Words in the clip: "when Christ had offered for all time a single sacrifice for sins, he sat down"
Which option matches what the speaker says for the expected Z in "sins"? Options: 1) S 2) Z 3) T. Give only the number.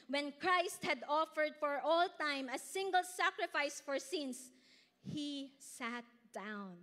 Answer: 1